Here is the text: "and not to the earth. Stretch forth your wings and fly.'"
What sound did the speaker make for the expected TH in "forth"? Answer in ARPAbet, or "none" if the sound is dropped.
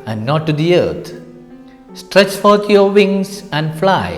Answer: T